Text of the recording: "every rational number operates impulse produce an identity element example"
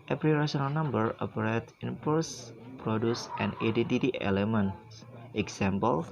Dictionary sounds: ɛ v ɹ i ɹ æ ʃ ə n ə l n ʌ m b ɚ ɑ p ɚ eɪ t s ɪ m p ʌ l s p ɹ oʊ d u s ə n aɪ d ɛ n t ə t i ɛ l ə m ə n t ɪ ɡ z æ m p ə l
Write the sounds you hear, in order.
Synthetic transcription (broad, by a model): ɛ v ɹ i ɹ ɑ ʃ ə n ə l n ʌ m b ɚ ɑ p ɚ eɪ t ɪ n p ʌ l s p ɹ oʊ d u s ə n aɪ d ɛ n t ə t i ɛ l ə m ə n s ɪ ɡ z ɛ m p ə l